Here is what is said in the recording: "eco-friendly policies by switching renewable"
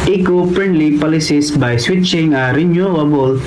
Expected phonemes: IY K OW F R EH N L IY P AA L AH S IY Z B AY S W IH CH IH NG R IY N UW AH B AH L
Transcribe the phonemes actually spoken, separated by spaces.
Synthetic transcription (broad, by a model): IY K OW P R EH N L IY P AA L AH S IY S B AY S W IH CH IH NG R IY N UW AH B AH L